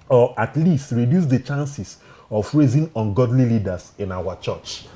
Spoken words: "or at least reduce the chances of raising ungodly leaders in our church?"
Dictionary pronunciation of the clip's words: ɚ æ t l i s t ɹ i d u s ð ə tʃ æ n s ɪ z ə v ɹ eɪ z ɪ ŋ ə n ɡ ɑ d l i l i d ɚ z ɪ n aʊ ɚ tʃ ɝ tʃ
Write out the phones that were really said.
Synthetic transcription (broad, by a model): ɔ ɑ t l i s t ɹ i d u s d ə tʃ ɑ n s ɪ s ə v ɹ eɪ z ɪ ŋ ə n ɡ ɑ d l i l i d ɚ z ɪ n aʊ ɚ tʃ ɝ tʃ